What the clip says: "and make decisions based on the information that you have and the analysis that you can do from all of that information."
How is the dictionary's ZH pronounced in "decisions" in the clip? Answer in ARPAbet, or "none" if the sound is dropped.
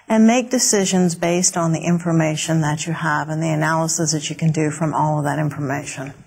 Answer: ZH